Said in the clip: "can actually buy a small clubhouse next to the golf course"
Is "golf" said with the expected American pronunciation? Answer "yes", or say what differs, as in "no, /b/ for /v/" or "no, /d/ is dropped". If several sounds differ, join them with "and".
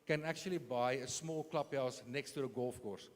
yes